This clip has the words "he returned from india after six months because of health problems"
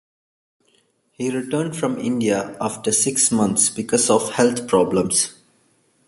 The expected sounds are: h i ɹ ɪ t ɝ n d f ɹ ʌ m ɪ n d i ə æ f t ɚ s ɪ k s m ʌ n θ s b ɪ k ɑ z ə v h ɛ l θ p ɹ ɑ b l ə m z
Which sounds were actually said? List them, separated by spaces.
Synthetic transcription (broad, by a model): h i ɹ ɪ t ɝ n d f ɹ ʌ m ɪ n d i ə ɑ f t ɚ s ɪ k s m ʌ n t s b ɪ k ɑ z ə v h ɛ l t p ɹ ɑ b l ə m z